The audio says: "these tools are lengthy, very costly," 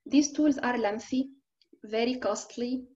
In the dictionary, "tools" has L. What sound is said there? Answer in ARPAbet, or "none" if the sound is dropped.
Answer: L